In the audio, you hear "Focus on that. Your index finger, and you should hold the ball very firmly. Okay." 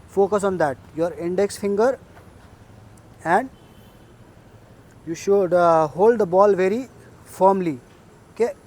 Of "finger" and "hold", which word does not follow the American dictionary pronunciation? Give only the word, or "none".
none